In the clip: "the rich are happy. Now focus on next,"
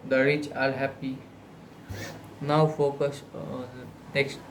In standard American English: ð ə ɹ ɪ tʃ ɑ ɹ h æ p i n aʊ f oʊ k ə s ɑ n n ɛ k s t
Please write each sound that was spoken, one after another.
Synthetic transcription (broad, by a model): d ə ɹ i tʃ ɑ l h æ p i n aʊ f oʊ k ə s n n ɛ k s t